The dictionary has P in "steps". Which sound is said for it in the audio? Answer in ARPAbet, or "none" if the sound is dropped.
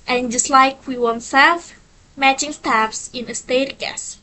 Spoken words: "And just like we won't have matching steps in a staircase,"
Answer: F